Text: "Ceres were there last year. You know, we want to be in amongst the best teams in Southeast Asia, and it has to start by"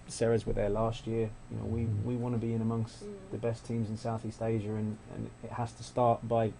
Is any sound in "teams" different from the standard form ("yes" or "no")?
no